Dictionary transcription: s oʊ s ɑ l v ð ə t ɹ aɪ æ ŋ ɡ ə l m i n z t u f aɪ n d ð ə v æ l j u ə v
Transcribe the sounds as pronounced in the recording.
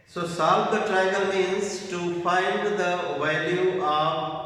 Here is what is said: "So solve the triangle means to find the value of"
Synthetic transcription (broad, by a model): s oʊ s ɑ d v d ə t ɹ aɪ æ ɡ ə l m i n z t u f aɪ n d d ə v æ l j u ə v